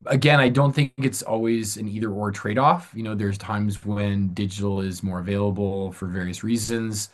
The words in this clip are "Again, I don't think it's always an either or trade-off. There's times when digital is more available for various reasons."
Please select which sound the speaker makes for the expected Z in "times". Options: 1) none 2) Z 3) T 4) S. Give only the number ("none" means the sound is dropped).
2